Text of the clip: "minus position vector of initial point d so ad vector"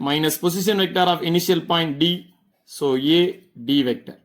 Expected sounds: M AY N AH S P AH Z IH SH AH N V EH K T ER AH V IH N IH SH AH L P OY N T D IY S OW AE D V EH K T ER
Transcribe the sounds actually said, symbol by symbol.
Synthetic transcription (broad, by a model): M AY N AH S P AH S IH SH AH N V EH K T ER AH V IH N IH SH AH L P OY N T D IY S OW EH D V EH K T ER